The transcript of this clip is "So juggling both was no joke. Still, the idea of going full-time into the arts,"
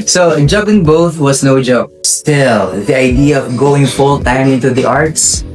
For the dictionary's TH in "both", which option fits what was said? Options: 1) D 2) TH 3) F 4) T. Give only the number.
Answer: 2